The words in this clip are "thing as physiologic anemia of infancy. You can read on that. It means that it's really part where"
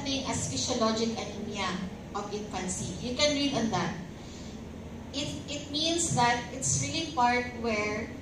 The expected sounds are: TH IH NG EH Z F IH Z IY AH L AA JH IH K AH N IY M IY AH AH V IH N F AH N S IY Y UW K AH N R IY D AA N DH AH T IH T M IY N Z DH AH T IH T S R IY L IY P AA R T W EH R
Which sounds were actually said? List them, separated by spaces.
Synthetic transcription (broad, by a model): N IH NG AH S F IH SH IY L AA JH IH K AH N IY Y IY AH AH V IH N F AH N S IY Y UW K AH N R IY D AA N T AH T IH T M IY N S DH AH T IH T S R IY L IY P AA R T W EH R